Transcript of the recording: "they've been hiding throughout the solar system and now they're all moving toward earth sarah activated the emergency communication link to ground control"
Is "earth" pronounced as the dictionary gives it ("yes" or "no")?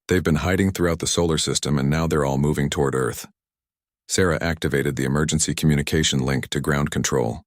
yes